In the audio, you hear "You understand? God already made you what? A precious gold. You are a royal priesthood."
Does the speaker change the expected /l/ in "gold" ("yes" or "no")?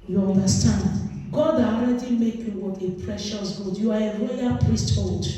yes